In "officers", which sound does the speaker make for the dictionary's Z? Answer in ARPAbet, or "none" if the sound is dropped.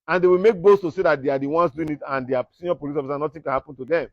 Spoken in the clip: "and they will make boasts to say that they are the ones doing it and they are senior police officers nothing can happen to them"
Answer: none